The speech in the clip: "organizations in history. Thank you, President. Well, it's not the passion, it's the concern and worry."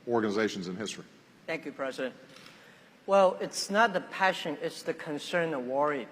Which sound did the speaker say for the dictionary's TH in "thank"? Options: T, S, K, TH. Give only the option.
TH